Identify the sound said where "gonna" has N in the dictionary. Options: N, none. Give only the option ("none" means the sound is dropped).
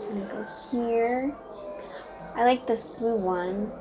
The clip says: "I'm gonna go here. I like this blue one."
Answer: none